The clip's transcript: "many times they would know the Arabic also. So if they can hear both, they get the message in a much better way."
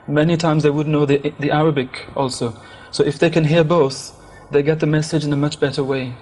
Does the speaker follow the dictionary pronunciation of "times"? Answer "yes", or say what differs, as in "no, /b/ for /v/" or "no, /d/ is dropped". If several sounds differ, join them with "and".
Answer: yes